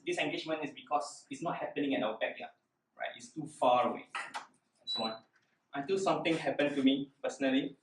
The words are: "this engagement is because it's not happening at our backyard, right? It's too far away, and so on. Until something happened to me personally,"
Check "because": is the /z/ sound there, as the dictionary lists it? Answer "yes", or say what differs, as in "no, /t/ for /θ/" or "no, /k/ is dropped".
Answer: no, /s/ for /z/